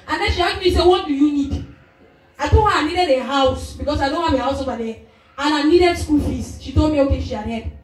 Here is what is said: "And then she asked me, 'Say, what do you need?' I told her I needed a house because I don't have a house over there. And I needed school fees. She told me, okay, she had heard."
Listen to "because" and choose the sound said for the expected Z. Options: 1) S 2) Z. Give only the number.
1